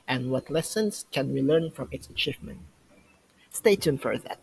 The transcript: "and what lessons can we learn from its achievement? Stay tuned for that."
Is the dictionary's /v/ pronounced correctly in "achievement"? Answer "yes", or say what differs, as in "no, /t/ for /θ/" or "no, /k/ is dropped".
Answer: yes